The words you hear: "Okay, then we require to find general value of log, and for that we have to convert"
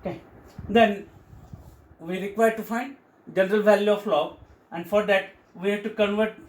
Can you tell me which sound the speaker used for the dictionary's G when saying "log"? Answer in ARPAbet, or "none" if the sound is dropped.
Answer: none